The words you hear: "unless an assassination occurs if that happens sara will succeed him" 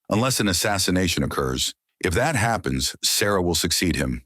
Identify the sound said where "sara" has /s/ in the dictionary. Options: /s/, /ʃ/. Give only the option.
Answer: /s/